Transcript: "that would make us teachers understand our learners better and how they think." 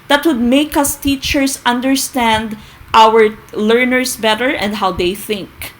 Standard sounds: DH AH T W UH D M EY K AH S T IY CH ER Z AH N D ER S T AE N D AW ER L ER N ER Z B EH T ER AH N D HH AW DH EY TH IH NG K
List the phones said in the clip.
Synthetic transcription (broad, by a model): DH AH T W UH D M EY K AH S T IY CH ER S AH N D ER S T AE N D AW ER L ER N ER S B EH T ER AH N D HH AW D EY TH IH NG K